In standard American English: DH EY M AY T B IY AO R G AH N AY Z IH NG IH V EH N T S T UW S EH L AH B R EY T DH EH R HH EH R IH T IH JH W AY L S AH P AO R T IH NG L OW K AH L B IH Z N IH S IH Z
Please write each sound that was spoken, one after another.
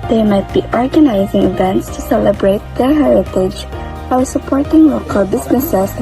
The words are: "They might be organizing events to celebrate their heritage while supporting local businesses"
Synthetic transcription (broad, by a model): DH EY M AY T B IY AO R G AH N AY Z IH NG IH V EH N T S T UW S EH L AH B R EY T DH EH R HH EH R IH T IH JH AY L S AH P AO R T IH NG L OW K AH L B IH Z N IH S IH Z